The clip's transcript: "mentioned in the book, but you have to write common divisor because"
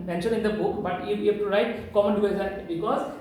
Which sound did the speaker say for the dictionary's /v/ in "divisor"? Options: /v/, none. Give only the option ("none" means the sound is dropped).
none